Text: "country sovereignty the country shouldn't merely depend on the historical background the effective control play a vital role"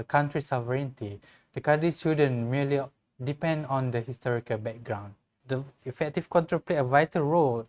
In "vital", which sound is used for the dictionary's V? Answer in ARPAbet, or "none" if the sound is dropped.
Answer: V